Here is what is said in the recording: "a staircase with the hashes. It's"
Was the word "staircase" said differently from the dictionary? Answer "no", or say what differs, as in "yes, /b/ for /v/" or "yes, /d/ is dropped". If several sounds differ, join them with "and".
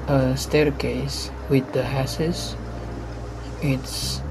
no